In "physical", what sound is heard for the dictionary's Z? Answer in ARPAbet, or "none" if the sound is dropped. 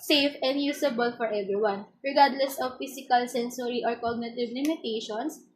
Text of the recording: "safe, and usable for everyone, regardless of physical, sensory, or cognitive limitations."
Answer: S